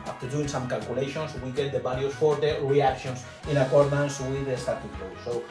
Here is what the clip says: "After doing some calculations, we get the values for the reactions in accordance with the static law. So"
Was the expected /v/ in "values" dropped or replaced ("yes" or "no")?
yes